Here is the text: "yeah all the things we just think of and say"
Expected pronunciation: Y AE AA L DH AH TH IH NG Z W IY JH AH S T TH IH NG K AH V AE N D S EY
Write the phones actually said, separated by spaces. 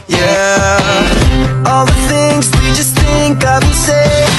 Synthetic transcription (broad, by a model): Y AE AA L DH AH TH IH NG Z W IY JH AH S T TH IH NG K AH V S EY